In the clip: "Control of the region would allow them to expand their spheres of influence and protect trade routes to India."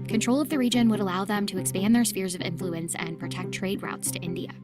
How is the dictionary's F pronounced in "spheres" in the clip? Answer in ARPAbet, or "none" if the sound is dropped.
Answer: F